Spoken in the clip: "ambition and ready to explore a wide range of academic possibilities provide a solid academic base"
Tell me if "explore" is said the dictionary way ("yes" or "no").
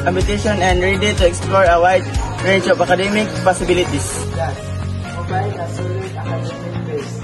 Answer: yes